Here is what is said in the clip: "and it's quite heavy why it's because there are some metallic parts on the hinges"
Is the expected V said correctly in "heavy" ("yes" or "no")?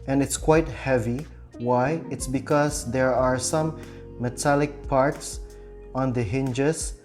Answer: yes